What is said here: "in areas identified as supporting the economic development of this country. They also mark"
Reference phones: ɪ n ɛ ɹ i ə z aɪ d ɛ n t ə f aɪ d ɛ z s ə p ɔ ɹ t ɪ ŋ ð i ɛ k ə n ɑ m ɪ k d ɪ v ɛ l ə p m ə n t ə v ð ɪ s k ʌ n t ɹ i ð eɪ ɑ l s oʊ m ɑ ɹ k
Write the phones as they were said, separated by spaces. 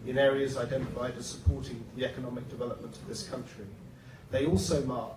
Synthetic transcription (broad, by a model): ɪ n ɛ ɹ i ə z aɪ d ɛ n t ə f aɪ d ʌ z s ə p ɔ ɹ t ɪ ŋ ð i ɛ k ə n ɑ m ɪ k d ɪ v ɛ l ə p m ə n t ə v ð ɪ s k ʌ n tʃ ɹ i ð eɪ ɑ l s oʊ m ɑ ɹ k